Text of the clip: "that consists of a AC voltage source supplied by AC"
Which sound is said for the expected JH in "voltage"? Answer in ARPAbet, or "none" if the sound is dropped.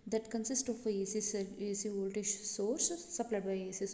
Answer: SH